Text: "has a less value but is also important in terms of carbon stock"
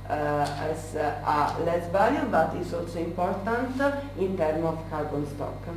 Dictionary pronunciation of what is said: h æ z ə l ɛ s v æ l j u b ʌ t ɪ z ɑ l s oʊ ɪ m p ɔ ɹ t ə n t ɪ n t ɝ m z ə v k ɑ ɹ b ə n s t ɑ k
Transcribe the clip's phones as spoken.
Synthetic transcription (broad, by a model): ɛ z ə l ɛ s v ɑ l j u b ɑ t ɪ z ɑ l s oʊ ɪ m p ɔ ɹ t ə n t ɪ n t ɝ m ə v k ɑ ɹ b ə n s t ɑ k